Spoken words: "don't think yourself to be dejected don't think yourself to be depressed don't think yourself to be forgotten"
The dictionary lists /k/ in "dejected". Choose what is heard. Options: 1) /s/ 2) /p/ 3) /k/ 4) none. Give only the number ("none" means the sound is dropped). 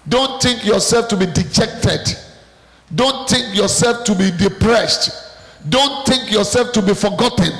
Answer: 3